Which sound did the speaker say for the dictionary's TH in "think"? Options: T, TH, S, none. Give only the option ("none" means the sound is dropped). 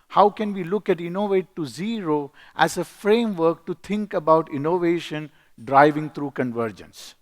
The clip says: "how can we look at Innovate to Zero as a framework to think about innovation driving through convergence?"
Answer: T